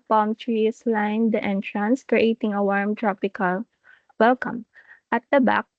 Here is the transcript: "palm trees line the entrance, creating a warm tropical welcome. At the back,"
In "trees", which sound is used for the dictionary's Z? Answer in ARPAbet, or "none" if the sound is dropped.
S